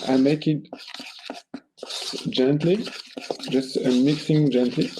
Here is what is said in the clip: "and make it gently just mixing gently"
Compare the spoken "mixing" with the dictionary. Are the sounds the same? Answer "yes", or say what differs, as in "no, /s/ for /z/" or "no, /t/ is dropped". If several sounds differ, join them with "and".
yes